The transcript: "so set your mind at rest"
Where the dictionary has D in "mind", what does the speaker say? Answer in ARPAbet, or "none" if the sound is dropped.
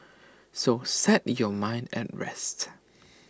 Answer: D